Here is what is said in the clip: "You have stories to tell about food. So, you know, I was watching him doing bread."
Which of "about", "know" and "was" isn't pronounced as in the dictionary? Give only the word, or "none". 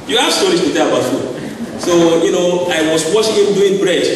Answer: was